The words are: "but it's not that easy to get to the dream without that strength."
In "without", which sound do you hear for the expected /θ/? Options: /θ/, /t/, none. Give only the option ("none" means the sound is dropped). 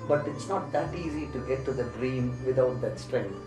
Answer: /t/